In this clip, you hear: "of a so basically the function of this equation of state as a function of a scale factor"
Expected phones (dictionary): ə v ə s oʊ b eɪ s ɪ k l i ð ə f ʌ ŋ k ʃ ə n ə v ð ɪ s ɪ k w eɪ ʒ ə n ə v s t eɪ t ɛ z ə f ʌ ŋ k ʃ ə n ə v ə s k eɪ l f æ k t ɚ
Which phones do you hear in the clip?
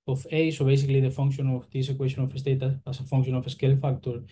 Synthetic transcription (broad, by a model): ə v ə s oʊ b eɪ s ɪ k l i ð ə f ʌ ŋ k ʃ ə n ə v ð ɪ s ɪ k w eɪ ʃ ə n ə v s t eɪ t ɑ s ə f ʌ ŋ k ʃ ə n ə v ə s k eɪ l f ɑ k t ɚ